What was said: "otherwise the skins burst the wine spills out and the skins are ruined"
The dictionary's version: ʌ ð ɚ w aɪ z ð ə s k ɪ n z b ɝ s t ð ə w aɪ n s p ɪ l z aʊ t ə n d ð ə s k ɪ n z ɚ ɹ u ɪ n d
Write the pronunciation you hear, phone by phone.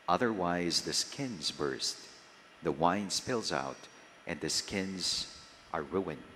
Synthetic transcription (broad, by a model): ʌ ð ɚ w aɪ z ð ə s k ɪ n z b ɝ s t ð ə w aɪ n s p ɪ l z aʊ t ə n ð ə s k ɪ n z ɚ ɹ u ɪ n